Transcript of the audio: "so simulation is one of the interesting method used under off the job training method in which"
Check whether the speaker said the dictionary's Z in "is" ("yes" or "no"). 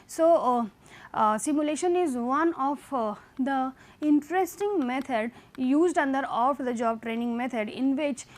yes